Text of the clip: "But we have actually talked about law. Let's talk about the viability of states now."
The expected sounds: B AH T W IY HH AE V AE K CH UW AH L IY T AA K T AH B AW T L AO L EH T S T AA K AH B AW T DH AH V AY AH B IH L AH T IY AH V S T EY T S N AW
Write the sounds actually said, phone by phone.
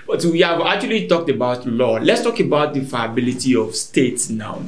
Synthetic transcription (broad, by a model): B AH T W IY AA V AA K CH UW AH L IY T AA K T AH B AW T L AO L EH T S T AA K AH B AW T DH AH F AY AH B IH L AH T IY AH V S T EY T S N AW